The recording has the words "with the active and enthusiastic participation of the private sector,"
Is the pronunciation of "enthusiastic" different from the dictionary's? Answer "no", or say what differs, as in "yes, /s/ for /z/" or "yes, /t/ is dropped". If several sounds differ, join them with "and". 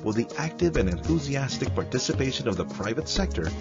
no